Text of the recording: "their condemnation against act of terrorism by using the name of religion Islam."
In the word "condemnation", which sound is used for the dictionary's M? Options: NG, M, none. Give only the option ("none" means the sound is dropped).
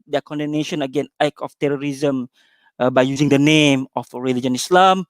none